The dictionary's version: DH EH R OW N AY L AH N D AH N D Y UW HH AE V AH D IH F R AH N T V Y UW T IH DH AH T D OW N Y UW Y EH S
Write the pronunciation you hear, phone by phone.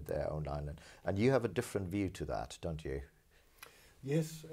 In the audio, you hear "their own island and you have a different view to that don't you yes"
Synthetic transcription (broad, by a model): DH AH R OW N AY N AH N AH N Y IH V AH D IH F R AH N T V Y UW T IH DH AH T D OW N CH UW Y EH S